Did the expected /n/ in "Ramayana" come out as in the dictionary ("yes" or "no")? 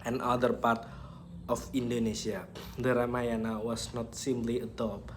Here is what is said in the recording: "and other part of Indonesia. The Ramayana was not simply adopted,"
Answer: yes